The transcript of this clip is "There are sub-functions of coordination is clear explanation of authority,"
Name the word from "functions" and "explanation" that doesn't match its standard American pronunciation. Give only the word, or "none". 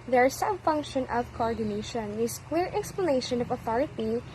functions